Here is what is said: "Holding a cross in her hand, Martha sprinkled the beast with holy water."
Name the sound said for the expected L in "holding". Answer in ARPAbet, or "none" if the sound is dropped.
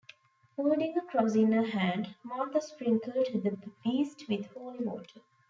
none